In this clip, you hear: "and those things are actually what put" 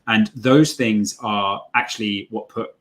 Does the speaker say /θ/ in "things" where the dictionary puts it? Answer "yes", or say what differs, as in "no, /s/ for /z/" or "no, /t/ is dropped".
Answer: yes